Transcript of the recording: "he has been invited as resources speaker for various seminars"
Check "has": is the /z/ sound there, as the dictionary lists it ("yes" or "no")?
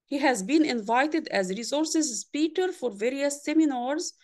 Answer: yes